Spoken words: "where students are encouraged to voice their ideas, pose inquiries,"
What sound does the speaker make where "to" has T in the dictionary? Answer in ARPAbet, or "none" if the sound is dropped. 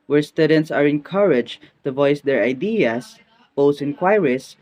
T